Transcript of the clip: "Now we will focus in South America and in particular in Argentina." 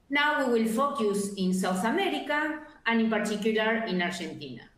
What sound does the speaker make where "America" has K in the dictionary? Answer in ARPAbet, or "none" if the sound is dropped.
K